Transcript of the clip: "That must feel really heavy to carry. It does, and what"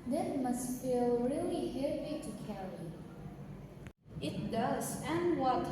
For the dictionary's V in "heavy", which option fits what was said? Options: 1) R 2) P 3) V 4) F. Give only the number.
2